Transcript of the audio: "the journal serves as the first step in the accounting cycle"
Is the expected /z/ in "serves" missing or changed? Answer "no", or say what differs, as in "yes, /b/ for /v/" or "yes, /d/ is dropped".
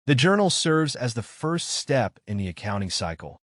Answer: no